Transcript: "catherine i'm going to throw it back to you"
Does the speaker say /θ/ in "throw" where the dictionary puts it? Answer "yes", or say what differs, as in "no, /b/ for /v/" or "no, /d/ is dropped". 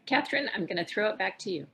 yes